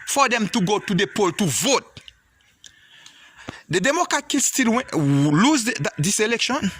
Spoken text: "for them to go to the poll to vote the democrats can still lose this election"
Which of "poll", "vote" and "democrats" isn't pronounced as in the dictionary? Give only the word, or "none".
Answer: democrats